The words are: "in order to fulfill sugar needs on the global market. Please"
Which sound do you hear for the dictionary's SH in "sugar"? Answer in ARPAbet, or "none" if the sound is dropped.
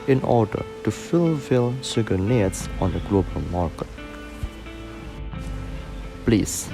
S